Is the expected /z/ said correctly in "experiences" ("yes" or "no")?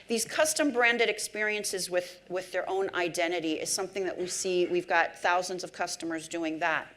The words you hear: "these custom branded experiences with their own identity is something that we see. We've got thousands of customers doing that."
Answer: yes